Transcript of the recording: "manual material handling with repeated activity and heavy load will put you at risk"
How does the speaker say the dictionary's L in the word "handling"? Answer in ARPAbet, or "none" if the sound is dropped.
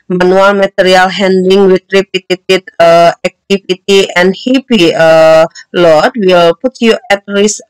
none